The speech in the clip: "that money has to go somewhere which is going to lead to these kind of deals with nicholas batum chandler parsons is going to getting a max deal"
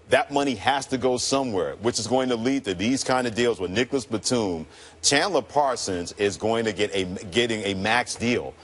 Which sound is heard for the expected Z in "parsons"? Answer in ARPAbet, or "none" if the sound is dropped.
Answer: Z